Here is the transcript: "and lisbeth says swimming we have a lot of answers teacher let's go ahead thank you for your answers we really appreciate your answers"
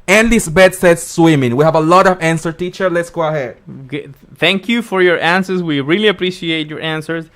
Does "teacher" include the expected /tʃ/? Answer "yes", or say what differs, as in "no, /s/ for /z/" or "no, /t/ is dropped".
yes